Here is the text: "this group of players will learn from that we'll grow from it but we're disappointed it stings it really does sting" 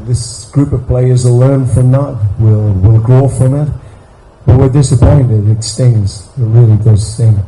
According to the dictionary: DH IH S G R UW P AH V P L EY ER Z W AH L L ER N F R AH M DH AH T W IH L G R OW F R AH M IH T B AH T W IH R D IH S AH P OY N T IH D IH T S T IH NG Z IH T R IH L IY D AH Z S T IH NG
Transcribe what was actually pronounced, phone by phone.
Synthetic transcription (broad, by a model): DH IH S G R UW P AH V P L EY ER Z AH L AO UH N F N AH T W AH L W IH L G R OW F R AH M IH T B AH T W IH R D IH S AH P OY N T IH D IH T S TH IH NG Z IH T R IH L IY D AH Z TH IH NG